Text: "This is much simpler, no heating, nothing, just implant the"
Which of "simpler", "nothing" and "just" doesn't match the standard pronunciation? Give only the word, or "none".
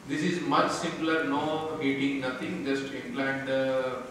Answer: nothing